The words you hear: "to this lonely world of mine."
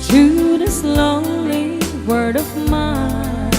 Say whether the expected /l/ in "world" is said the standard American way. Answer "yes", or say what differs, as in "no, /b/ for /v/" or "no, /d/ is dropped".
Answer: no, /l/ is dropped